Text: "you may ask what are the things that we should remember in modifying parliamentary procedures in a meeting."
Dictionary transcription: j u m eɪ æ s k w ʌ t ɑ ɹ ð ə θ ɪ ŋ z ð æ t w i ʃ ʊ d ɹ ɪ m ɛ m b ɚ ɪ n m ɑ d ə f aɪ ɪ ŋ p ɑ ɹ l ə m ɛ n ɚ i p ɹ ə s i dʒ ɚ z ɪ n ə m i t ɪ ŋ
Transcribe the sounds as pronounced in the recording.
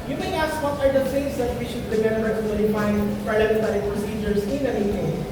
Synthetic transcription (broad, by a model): j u m eɪ æ s k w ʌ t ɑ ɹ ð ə s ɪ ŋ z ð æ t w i ʃ ʊ d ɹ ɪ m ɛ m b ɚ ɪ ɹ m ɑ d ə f aɪ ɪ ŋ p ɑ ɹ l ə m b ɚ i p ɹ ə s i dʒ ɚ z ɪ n ə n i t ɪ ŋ